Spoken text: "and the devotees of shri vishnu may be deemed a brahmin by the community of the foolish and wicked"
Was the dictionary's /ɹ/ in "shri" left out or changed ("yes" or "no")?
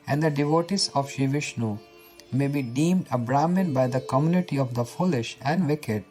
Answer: yes